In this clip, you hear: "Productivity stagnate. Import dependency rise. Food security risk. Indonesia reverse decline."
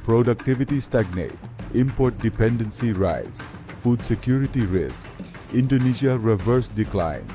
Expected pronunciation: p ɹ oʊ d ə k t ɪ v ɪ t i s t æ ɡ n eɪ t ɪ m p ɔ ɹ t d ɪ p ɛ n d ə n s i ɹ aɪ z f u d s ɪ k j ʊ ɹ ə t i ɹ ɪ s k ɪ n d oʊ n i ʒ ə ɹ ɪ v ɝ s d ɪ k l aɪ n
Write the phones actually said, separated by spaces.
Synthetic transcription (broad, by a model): p ɹ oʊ d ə k t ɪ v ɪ t i s t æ ɡ n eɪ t ɪ m p ɔ ɹ t d ɪ p ɛ n d ə n s i ɹ aɪ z f u d s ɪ k j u ɹ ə t i ɹ ɪ s k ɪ n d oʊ n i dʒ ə ɹ ɪ v ɝ s d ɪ k l aɪ n